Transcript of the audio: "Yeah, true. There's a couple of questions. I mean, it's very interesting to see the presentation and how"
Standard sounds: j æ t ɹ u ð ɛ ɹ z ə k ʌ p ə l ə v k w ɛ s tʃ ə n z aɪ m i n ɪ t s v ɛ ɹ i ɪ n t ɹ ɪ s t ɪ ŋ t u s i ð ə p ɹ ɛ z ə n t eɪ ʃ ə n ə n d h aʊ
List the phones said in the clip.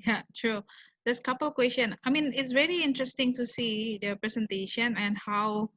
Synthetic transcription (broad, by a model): j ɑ t ɹ u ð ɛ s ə k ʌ p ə l k w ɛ s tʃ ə n aɪ m i n ɪ t s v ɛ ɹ i ɪ n t ɹ ɪ s t ɪ ŋ t u s i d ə p ɹ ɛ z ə n t eɪ ʃ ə n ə n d h aʊ